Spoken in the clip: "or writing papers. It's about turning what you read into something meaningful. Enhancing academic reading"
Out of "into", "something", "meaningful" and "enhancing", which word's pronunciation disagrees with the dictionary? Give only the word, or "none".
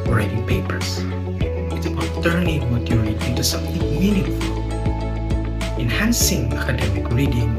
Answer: meaningful